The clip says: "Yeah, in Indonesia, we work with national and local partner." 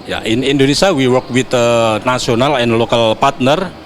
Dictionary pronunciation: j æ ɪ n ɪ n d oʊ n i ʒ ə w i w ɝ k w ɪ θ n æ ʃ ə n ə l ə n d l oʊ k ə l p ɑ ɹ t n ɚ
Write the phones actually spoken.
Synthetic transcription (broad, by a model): j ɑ ɪ n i n d oʊ n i s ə w i w ɝ k w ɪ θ n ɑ s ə n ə l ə n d l oʊ k ə l p ɑ ɹ t n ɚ